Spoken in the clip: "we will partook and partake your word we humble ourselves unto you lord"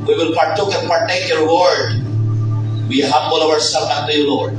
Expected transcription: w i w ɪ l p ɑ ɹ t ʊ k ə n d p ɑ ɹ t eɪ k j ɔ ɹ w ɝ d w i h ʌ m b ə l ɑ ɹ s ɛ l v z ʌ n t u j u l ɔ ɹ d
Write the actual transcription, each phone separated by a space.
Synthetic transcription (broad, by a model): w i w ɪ l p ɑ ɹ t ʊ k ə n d p ɑ ɹ t eɪ k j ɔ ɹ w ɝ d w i h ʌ m b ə l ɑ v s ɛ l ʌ t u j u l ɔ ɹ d